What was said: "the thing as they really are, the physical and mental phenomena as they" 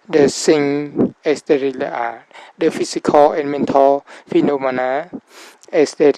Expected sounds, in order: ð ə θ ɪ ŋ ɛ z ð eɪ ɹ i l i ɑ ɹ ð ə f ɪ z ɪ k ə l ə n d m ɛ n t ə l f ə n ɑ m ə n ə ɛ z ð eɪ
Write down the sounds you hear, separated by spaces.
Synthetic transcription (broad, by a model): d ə s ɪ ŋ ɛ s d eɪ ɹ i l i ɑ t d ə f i s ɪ k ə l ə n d m ɛ n t ə l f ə n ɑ m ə n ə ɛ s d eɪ